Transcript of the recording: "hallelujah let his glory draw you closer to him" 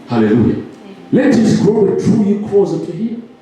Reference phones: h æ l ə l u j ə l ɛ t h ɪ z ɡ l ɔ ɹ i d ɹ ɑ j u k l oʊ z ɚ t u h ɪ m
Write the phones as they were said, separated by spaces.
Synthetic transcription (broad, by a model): h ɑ l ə l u j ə l ɛ t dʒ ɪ s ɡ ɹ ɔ i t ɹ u j u k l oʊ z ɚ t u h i